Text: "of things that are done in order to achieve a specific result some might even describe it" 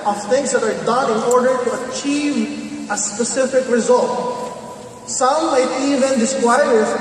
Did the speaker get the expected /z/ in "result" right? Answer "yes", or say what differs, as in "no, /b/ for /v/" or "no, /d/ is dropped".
yes